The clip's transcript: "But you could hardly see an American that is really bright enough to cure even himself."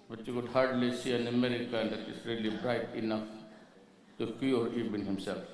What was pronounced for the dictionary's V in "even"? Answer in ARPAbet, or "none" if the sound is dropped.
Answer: B